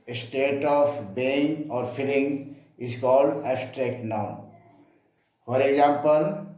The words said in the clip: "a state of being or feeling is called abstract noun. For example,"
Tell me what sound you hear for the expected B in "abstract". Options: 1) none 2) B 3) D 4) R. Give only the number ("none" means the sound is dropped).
1